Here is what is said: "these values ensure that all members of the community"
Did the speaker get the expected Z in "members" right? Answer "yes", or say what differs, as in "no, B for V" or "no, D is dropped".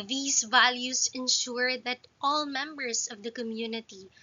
no, S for Z